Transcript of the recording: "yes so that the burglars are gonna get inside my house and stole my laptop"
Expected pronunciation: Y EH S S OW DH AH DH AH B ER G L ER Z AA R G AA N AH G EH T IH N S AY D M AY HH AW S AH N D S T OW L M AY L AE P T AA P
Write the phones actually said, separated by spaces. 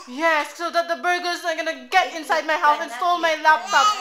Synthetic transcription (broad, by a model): Y EH S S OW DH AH DH AH B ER G ER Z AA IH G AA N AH G EH T IH N S AY D M AY HH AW TH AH N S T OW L M AY L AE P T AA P